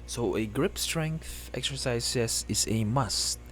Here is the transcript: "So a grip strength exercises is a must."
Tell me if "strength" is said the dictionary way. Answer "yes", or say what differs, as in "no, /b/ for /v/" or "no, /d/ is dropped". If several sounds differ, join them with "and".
yes